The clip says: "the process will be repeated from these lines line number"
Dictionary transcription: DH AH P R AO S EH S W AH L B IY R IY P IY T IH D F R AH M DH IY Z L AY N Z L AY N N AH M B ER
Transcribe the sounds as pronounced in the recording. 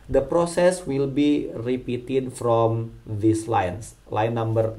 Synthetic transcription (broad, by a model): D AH P R AO S EH S W AH L B IY R IY P IY T IH D F R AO M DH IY S L AY N S L AY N N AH M B ER